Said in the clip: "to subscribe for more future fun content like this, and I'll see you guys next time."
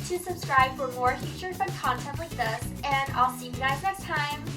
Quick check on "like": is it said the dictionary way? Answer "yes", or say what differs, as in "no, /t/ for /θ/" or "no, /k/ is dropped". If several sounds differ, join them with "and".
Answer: no, /w/ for /l/